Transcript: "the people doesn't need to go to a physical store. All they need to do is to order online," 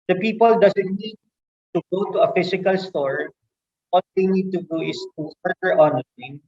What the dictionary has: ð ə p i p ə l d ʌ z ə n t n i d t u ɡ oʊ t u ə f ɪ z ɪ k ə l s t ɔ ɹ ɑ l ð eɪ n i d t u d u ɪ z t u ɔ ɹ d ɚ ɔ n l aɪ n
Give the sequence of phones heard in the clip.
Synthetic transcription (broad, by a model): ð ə p i p ə l d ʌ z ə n t n i d t u ɡ oʊ t u ə f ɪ s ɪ k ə l s t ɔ ɹ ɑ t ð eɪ n i d t u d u ɪ s t u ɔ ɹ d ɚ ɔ n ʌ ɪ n